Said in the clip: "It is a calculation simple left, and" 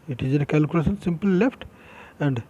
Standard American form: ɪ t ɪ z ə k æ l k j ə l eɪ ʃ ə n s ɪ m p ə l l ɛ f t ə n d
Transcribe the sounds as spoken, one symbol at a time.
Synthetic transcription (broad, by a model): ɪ t ɪ z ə k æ l k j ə l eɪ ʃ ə n s ɪ m p ə l l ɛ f t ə n d